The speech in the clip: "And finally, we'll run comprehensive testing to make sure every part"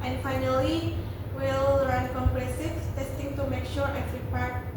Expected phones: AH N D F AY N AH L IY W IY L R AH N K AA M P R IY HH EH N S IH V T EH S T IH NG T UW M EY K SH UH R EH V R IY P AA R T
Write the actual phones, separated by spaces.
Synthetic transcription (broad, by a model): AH N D F AY N AH L IY W IY L R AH N K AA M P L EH S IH F T EH S T IH NG T UW M EY K SH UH R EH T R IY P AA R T